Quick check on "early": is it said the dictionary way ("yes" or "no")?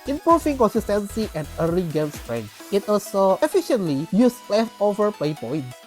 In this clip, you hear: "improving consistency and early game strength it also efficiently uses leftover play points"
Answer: no